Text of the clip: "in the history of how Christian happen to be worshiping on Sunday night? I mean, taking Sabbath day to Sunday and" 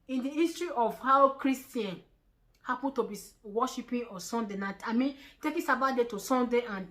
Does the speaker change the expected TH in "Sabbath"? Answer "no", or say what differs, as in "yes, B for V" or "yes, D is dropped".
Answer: yes, T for TH